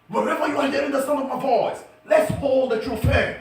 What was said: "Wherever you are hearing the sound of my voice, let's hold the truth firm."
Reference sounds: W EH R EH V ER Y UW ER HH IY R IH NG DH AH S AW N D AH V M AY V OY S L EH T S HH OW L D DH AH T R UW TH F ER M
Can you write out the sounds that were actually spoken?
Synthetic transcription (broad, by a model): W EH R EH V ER Y UW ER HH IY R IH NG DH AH S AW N AH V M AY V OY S L EH T S HH OW L D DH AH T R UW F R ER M